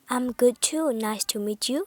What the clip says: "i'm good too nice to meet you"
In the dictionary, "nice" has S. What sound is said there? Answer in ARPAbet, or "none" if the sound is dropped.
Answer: S